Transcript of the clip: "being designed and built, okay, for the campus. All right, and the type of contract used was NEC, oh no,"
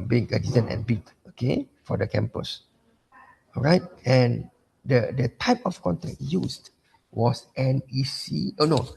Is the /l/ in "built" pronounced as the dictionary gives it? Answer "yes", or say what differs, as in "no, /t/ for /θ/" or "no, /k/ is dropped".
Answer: no, /l/ is dropped